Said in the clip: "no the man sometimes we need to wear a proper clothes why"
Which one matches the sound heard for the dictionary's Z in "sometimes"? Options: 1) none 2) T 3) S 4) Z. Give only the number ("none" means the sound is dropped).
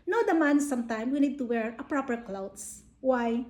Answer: 1